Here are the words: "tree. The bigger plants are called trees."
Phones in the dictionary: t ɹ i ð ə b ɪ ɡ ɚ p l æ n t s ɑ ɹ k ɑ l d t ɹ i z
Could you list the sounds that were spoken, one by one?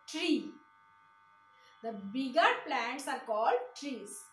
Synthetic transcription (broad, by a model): t ɹ i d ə b ɪ ɡ ɚ p l æ n t s ɑ ɹ k ɑ l d t ɹ i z